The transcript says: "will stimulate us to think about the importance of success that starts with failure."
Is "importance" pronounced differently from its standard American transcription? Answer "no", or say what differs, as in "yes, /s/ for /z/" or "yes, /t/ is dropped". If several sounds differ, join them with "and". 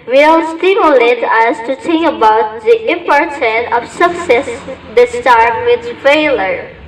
yes, /s/ is dropped